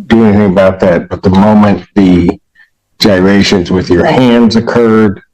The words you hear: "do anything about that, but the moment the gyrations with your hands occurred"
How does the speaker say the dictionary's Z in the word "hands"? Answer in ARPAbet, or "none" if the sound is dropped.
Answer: Z